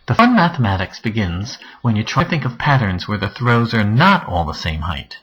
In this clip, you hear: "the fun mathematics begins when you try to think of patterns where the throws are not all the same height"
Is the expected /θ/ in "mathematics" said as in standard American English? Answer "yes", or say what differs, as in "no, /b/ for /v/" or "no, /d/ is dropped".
yes